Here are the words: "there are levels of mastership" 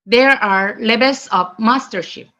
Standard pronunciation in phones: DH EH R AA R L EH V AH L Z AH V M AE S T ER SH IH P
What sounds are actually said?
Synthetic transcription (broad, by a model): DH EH R AA R L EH B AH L S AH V M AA S T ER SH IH P